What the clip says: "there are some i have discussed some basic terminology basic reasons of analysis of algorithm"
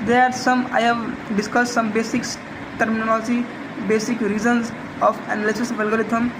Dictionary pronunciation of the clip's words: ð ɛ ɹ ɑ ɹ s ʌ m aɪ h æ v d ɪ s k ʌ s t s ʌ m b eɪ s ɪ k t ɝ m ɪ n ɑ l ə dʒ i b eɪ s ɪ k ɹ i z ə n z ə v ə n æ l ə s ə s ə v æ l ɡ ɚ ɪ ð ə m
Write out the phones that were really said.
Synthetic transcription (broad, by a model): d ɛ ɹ ɑ ɹ s ʌ m aɪ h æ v d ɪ s k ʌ s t s ʌ m b eɪ s ɪ k t ɝ m ɪ n ɑ l ə dʒ i b eɪ s ɪ k ɹ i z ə n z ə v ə n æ l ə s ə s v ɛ l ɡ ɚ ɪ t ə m